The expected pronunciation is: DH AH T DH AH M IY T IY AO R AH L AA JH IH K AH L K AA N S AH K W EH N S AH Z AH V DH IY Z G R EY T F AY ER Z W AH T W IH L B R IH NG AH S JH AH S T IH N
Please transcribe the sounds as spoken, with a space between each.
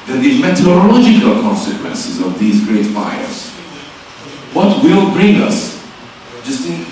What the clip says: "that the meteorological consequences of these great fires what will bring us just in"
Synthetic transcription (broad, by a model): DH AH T DH AH M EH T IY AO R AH L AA JH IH K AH L K AA N S AH K W EH N S AH Z AH V DH IY Z G R EY T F AY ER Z W AH T W IH L B R IH NG AH S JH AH S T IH